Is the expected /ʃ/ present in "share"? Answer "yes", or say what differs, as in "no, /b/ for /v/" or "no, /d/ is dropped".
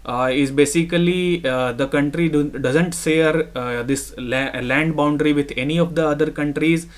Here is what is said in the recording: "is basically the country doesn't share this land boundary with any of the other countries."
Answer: no, /s/ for /ʃ/